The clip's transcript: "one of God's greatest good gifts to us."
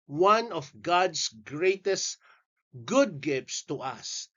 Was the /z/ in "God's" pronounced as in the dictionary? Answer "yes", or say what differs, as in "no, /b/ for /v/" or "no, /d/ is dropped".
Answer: no, /s/ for /z/